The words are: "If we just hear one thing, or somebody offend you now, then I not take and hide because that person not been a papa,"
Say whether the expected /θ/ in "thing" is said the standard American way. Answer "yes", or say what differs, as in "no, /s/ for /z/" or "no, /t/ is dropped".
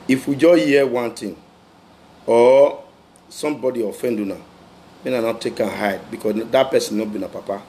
no, /t/ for /θ/